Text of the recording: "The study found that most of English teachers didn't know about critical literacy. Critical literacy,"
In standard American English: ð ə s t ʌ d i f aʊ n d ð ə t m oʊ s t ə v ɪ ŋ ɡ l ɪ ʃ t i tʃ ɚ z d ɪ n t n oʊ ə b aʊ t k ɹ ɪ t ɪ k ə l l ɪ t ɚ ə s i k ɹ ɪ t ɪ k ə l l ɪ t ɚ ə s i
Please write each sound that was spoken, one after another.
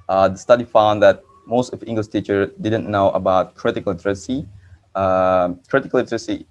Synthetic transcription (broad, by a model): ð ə s t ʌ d i f aʊ n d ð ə t m oʊ s t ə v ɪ ŋ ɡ l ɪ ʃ t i tʃ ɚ d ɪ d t n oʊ ə b aʊ t k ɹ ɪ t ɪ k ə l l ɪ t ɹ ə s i k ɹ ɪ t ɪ k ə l l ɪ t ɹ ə s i